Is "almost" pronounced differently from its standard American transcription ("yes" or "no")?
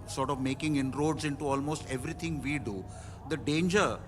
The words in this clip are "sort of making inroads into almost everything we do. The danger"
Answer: no